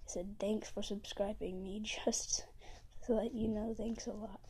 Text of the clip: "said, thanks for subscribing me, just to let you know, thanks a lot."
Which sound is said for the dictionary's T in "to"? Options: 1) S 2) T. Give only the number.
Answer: 1